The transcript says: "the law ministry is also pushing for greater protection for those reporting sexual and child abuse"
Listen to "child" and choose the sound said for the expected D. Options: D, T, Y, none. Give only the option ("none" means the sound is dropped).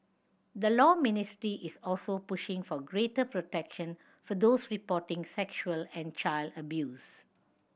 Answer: D